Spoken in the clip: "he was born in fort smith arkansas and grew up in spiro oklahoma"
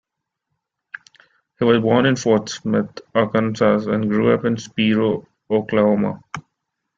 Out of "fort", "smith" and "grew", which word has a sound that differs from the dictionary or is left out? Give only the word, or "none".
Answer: smith